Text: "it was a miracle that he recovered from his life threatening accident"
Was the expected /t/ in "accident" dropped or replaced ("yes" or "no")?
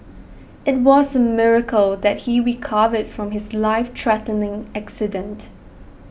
no